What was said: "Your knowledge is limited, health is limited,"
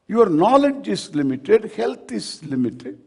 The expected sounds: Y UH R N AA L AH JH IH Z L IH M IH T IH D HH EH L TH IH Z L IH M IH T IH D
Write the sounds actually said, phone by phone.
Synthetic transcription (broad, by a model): Y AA R N AA L AH JH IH S L IH M IH T IH D HH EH L T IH S L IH M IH T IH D